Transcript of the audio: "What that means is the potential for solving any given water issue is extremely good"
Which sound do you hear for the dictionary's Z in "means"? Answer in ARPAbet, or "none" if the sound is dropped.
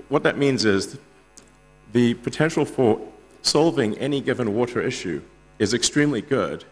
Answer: Z